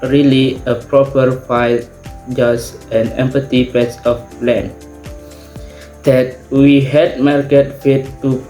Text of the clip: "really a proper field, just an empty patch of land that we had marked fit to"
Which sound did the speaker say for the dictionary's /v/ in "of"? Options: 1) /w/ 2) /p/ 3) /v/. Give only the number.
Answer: 2